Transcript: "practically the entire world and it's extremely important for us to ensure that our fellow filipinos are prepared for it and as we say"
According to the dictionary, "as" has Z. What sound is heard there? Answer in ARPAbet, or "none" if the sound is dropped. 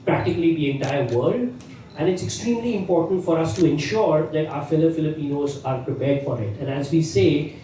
Z